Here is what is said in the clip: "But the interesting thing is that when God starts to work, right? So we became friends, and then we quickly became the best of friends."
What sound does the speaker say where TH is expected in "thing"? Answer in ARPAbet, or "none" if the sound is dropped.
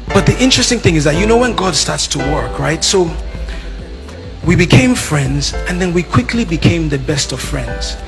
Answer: TH